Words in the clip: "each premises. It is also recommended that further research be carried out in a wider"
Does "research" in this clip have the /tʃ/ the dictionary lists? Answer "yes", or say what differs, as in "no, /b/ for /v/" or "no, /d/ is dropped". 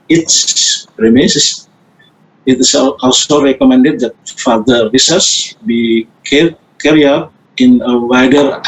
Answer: no, /s/ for /tʃ/